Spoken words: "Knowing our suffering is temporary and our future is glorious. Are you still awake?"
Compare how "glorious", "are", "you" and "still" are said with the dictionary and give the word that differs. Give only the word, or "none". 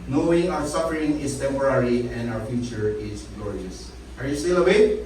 glorious